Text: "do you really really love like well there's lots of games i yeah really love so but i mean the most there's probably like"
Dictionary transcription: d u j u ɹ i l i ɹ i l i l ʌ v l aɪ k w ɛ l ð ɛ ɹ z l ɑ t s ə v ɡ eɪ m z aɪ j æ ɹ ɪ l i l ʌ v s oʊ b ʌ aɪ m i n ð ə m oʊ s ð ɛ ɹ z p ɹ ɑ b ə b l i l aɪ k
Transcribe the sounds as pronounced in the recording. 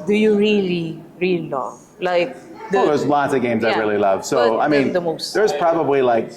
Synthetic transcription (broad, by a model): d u j u ɹ i l i ɹ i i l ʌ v l aɪ k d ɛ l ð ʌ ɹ z l ɑ t s ə v ɡ eɪ m z aɪ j ɹ ɪ l i l ʌ v s oʊ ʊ aɪ m i n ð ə m oʊ s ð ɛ ɹ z p ɹ ɑ b ə b l i l aɪ k